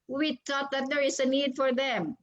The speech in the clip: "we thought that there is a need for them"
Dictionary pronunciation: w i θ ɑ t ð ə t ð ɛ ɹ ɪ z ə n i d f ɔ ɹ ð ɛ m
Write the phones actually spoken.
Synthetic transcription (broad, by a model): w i t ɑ t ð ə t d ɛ ɹ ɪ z ə n i d f ɔ ɹ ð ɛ m